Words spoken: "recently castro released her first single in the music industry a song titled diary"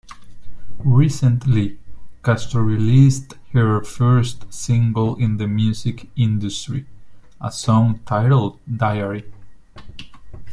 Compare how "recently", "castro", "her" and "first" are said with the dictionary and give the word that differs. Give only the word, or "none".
castro